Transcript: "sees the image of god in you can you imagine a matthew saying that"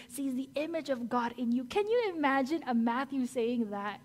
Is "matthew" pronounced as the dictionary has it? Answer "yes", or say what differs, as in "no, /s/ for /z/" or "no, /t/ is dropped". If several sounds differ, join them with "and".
yes